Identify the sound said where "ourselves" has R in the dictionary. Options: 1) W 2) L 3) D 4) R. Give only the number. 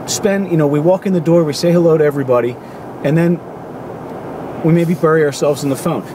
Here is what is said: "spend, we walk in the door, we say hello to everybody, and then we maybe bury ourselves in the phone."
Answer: 4